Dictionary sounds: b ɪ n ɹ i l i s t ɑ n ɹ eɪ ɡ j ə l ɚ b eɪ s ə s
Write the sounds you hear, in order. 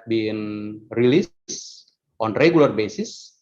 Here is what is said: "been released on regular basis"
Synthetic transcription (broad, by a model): b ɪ n ɹ i l i s t ɑ n ɹ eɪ ɡ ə l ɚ b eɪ s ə s